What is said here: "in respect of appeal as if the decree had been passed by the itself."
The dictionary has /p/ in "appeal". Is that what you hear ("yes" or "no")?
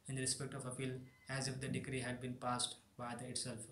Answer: no